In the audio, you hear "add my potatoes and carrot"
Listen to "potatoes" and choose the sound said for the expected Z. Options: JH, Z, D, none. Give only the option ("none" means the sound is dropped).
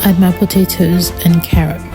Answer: Z